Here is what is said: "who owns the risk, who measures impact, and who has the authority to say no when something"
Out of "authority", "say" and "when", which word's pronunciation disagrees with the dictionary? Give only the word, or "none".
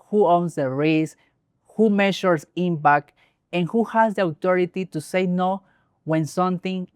authority